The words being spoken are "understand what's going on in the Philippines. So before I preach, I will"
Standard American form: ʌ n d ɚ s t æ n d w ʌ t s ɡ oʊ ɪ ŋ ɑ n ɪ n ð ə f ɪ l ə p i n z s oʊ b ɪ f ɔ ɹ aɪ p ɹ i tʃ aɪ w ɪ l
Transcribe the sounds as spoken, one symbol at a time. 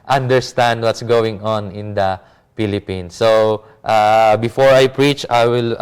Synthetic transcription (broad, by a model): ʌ n d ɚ s t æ n d w ʌ t s ɡ oʊ ɪ ŋ ɑ n ɪ n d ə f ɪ l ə p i n s oʊ b ɪ f ɔ ɹ aɪ p ɹ i tʃ aɪ w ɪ l